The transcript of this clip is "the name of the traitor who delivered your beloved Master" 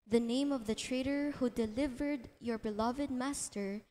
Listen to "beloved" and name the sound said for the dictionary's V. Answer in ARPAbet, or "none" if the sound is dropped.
V